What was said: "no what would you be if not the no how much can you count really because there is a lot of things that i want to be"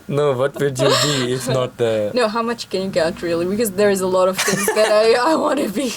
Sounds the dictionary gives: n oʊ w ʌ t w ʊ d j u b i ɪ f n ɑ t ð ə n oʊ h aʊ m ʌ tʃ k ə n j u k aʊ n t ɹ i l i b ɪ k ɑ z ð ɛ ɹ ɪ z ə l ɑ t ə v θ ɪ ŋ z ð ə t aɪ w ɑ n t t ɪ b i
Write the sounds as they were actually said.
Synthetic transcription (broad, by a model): n oʊ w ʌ t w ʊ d j u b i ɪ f n ɑ t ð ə n oʊ h aʊ m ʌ tʃ k ə n j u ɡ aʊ t ɹ i l i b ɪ k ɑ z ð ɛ ɹ ɪ z ə l ɑ t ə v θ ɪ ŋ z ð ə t aɪ w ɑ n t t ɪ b i